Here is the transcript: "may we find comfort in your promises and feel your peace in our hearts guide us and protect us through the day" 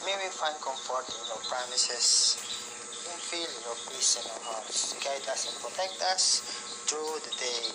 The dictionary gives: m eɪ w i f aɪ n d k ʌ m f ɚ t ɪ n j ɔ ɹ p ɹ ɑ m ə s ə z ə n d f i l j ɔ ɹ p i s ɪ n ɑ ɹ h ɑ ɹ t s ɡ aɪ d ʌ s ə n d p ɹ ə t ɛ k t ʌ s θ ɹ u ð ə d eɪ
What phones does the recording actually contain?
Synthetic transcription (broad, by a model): m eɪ w i f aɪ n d k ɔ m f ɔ t ɪ n j ɔ ɹ p ɹ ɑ m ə s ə s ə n f i l j ɔ ɹ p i s ɪ n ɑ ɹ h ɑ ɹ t s ɡ aɪ d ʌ s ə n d p ɹ ə t ɛ k t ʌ s t ɹ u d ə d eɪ